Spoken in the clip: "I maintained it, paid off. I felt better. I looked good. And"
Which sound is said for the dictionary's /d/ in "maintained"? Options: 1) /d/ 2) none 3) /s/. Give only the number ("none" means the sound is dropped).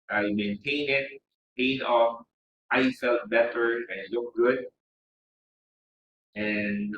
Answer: 2